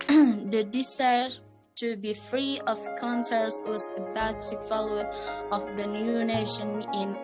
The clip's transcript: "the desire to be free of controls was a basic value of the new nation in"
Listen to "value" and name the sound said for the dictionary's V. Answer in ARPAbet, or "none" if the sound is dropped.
F